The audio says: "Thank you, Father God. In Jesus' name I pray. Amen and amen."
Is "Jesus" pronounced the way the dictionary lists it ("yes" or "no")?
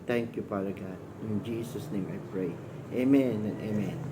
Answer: no